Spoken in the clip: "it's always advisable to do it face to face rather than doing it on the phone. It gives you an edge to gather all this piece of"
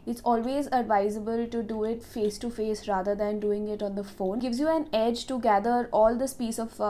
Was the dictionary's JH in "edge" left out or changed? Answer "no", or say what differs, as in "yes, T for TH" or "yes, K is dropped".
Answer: no